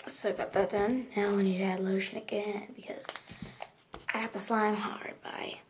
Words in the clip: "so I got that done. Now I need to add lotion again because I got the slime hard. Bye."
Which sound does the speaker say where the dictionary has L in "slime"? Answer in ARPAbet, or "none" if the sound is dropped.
L